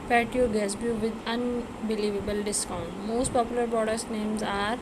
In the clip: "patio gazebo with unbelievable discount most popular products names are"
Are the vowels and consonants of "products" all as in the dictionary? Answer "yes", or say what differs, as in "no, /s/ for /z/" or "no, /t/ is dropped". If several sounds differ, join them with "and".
no, /k/ is dropped